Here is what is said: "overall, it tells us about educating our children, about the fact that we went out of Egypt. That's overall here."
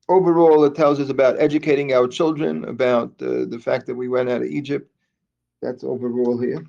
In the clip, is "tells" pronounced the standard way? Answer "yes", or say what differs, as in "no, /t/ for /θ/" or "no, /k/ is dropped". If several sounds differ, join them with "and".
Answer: yes